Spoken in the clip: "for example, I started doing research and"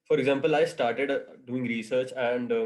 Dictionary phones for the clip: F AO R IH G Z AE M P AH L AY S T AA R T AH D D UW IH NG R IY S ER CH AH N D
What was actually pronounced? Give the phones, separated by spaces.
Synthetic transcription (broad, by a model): F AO R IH G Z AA M P AH L AY S T AA R T AH D D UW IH NG R IY S ER CH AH N D